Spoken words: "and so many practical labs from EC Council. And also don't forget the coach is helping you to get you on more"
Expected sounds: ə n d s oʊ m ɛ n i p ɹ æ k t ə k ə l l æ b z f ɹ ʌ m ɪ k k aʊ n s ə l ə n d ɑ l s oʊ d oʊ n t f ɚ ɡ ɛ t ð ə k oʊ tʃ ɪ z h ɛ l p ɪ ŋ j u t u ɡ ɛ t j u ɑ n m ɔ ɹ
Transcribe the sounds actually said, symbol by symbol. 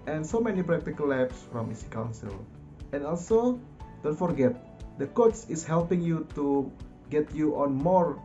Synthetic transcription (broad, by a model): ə n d s oʊ m ɛ n i p ɹ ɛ k t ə k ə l l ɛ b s f ɹ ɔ m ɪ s k aʊ n s ə l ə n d ɑ l s oʊ d oʊ n t f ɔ ɡ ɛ t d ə k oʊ s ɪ s h ɛ l p ɪ ŋ j u t u ɡ ɛ t j u ɑ n m ɔ ɹ